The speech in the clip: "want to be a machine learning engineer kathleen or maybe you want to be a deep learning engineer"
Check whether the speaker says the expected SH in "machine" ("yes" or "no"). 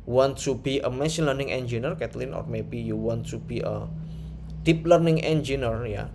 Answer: no